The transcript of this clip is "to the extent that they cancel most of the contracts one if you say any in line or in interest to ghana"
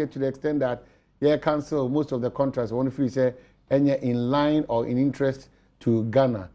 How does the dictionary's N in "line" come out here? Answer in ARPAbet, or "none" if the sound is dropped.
N